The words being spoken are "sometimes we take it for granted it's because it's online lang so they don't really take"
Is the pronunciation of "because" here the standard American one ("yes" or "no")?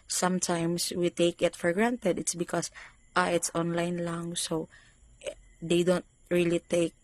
no